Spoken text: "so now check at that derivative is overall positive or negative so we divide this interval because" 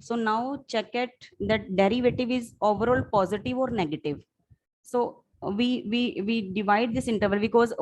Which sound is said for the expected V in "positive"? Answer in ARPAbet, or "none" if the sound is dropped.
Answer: V